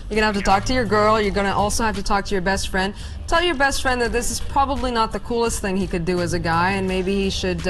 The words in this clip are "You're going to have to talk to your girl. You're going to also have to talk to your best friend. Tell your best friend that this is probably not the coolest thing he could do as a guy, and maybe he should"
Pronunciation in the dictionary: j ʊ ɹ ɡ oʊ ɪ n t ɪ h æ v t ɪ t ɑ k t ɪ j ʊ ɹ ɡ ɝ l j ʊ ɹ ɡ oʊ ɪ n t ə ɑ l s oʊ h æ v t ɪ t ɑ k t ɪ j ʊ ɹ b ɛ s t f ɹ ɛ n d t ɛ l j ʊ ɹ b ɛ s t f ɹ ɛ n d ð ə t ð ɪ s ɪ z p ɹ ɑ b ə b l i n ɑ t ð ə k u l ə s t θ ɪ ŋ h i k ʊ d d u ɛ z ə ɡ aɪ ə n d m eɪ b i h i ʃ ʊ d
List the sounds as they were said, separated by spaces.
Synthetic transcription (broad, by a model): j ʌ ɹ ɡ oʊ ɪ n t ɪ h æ f t ɪ t ɑ k t ɪ j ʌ ɹ ɡ ɝ l j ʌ ɹ ɡ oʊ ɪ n t ɑ l s oʊ h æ f t ɪ t ɑ k t ɪ j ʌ ɹ b ɛ s t f ɹ ɛ n d t ɛ l j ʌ ɹ b ɛ s t f ɹ ɛ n ð ə t ð ɪ s ɪ z p ɹ ɑ b ə b l i n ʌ t ð ə k u l ə s t θ ɪ ŋ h i k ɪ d d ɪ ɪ z ə ɡ aɪ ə n m eɪ b i h i ʃ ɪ d